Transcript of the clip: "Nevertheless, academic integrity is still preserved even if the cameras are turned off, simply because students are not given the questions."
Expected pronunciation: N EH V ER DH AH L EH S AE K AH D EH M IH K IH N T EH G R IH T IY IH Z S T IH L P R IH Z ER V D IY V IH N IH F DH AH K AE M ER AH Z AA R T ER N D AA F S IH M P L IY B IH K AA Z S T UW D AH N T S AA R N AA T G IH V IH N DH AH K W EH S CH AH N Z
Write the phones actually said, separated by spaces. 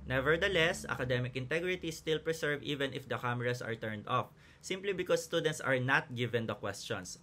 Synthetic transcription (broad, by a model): N EH V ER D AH L EH S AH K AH D EH M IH K IH N T EH G R IH T IY S T IH L P R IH S ER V IY V IH N IH F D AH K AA M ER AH S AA R T ER N D AA F S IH M P L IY B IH K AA S T UW D AH N T S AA R N AA T G IH V IH N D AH K W EH S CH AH N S